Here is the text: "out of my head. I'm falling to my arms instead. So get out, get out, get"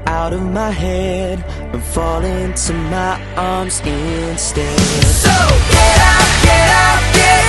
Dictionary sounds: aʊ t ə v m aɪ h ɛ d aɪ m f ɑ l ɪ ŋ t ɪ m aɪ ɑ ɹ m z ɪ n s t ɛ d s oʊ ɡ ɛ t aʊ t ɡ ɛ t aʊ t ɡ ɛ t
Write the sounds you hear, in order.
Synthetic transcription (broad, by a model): aʊ t ə v m aɪ h ɛ d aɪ f ɑ l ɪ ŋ t ɪ m aɪ ɑ ɹ m z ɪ n s t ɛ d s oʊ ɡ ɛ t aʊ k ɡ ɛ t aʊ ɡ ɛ